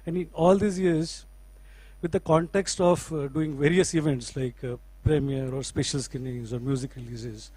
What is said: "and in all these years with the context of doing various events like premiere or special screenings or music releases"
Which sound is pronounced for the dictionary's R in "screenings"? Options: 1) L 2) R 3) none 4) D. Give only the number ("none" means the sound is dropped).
3